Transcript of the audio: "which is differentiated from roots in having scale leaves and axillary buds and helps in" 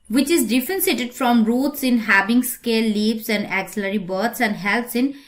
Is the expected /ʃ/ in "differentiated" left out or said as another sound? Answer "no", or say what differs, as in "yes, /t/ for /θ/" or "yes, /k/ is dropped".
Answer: yes, /s/ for /ʃ/